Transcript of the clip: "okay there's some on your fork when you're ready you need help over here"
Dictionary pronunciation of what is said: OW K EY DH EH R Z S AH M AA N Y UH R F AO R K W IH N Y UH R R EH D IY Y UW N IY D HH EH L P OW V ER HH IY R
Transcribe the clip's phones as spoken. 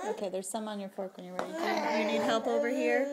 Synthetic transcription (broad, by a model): OW K EY DH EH R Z S AH M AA N Y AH R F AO R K W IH N Y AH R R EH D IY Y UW N IY D HH EH L P OW V ER HH IY R